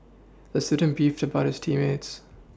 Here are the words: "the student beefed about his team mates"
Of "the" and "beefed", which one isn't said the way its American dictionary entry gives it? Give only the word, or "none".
none